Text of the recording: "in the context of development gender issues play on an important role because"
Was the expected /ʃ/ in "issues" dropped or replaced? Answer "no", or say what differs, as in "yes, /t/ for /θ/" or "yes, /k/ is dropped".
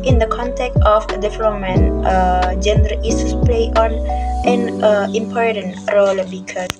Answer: yes, /ʃ/ is dropped